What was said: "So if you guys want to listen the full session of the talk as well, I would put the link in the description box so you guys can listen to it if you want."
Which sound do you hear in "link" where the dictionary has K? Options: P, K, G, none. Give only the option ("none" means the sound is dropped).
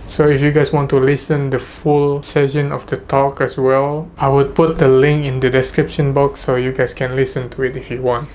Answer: K